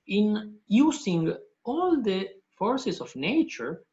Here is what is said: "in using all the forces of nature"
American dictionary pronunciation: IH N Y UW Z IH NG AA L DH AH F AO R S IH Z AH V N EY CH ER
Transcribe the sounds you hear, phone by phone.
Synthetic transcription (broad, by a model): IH N Y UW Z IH NG AA L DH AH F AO R S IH S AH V N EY CH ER